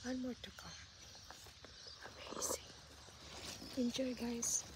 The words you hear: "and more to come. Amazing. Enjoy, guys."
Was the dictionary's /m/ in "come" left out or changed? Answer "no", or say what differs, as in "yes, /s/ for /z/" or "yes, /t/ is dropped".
yes, /m/ is dropped